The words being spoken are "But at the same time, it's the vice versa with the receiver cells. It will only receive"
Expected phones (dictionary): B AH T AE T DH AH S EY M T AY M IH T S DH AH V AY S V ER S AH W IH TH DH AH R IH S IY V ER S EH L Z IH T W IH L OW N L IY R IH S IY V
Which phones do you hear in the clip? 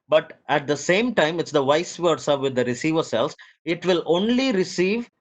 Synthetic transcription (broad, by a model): B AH T AE T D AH S EY M T AY M IH T S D AH V AY S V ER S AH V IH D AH R IH S IY V ER S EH L S IH T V IH L OW N L IY R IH S IY V